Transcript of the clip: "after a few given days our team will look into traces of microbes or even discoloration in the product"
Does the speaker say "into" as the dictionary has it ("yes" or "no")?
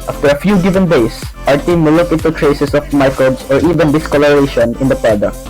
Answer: no